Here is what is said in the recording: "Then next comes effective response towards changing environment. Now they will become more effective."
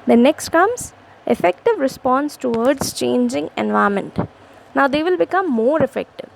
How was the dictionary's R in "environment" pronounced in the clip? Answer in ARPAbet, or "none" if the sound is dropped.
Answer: none